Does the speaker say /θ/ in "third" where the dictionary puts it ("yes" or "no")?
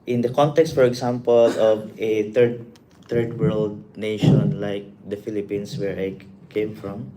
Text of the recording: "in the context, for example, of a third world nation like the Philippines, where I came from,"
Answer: no